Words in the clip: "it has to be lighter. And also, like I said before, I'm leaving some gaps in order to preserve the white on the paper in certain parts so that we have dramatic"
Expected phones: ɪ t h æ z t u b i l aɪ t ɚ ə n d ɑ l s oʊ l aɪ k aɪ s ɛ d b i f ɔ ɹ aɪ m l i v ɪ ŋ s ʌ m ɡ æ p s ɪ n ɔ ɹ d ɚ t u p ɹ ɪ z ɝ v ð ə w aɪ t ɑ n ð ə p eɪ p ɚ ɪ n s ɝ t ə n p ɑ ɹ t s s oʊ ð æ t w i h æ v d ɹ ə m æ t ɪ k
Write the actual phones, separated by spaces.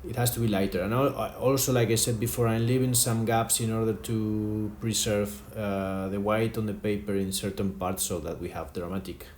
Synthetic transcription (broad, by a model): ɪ t h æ s t u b i l aɪ t ɚ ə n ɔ ɑ l s oʊ l aɪ k aɪ s ɛ d b i f ɔ ɹ aɪ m l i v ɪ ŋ s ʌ m ɡ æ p s ɪ n ɔ ɹ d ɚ t u p ɹ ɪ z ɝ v ð ə w aɪ t ɑ n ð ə p eɪ p ɚ ɪ n s ɝ t ə n p ɑ ɹ t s s oʊ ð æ t w i h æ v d ɹ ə m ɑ t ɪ k